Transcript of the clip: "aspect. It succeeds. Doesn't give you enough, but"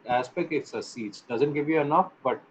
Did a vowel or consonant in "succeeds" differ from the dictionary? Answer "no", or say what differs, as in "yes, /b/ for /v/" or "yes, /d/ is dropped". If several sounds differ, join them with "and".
yes, /k/ is dropped